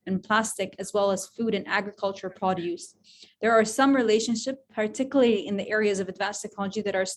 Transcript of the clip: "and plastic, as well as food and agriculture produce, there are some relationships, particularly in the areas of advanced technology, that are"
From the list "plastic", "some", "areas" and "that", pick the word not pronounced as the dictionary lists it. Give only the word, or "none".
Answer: none